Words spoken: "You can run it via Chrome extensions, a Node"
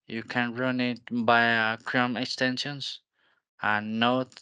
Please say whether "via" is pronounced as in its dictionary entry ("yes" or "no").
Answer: no